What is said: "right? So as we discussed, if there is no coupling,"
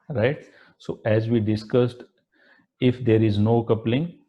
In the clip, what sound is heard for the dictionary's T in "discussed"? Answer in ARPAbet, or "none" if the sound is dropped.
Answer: T